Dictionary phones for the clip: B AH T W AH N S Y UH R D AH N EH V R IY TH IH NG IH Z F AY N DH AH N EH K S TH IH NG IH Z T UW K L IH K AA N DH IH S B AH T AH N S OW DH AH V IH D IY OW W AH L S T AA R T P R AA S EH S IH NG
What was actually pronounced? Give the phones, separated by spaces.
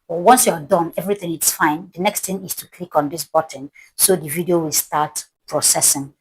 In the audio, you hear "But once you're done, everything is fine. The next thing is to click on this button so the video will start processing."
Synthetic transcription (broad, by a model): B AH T W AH N S Y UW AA D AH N EH V R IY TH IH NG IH S F AY N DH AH N EH K S T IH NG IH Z T UW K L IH K AA N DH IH S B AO T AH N S OW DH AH V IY D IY OW W AH L S T AA T P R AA S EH S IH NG